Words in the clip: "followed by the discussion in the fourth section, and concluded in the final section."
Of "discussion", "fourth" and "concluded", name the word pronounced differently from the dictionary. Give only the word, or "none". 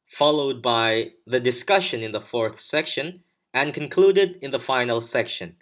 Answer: none